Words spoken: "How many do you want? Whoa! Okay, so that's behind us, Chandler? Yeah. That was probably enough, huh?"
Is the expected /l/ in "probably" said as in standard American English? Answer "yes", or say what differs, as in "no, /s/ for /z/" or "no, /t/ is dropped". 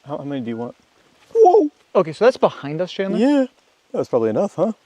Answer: yes